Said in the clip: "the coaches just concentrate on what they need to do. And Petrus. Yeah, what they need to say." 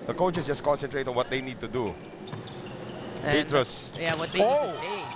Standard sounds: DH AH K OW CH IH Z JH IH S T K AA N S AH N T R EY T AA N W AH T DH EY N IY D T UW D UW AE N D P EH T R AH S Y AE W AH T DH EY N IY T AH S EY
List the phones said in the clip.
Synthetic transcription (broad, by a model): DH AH K OW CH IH S JH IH S K AA N S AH N T R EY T AA N W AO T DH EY N IY D T UW D UW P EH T R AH S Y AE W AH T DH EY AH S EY